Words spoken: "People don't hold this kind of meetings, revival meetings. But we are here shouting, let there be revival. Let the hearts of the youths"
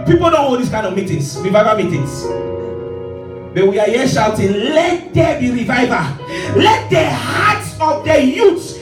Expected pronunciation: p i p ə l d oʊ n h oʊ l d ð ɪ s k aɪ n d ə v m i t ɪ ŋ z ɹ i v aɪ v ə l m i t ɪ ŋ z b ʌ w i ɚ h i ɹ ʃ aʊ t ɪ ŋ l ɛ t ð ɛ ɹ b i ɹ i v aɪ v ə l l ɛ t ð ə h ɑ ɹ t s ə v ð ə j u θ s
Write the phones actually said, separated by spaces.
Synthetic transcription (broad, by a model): p i p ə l d oʊ n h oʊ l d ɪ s k aɪ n ə v m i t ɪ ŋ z ɹ i v aɪ v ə m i t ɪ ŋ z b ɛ w i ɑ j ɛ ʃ aʊ t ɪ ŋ l ɛ t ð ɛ b i ɹ i v aɪ v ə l l ɛ t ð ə h ɑ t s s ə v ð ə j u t